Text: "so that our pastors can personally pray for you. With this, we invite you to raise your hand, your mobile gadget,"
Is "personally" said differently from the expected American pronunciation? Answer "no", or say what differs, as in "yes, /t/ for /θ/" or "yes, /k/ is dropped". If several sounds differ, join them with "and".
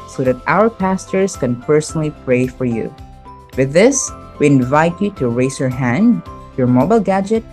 no